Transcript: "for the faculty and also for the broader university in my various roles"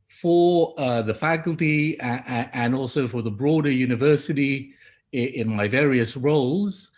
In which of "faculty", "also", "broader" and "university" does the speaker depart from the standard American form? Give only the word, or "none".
none